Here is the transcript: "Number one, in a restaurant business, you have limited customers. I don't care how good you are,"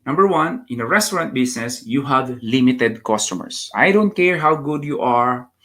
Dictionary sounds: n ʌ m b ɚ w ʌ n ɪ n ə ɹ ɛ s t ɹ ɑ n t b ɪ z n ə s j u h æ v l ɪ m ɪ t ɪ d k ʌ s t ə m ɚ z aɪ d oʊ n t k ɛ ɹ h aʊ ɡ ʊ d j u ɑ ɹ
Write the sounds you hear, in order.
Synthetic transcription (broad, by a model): n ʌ m b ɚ w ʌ n ɪ n ə ɹ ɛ s t ɹ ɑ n t b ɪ s n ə s j u h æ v l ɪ m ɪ t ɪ d k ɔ s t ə m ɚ s aɪ d oʊ n t k ɛ ɹ h aʊ ɡ ʊ d j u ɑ ɹ